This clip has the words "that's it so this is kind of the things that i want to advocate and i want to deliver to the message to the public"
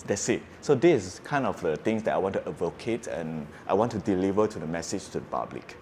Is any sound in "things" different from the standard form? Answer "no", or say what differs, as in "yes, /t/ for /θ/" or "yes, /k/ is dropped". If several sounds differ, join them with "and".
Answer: yes, /t/ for /θ/